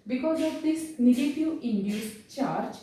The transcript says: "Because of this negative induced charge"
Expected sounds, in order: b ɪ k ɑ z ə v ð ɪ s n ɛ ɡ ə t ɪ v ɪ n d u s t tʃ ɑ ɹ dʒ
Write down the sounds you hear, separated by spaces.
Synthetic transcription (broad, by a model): b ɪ k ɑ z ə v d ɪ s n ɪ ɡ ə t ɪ ɪ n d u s tʃ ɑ ɹ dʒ